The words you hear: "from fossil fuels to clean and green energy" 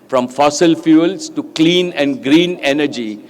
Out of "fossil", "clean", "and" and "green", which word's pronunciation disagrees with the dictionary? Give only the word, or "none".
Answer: none